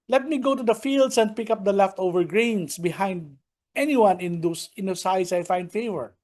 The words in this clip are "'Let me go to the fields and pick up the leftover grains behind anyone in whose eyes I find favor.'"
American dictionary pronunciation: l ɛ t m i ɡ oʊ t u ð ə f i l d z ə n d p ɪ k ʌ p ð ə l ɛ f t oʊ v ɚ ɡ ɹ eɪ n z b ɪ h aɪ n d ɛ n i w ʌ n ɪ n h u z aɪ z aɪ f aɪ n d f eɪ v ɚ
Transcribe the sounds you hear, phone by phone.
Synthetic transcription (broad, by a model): l ɛ t m i ɡ oʊ t u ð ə f i l d s ə n d p ɪ k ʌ p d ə l ɛ f t oʊ v ɚ ɡ ɹ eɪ n s b ɪ h aɪ n d ɛ n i w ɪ n ɪ n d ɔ s aɪ s aɪ f aɪ n d f eɪ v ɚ